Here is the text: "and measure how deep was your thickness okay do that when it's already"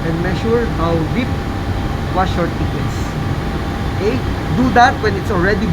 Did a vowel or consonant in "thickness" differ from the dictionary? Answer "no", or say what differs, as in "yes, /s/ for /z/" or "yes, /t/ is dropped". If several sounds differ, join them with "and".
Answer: yes, /t/ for /θ/